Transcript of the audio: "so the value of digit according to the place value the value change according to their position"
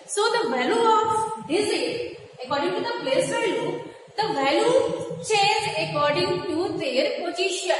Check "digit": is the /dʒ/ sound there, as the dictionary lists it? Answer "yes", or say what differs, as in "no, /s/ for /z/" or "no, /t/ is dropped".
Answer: no, /z/ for /dʒ/